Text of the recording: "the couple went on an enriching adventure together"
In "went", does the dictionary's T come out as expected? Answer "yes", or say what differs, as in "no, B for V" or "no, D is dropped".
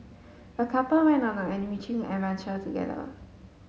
no, T is dropped